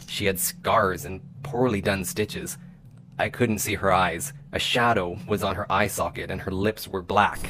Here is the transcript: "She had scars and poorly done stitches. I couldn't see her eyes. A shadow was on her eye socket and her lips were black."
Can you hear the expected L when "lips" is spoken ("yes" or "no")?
yes